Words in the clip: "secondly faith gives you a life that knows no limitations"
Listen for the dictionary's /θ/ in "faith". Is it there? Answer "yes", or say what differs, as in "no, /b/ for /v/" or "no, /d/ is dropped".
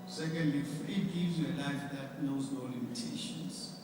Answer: no, /t/ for /θ/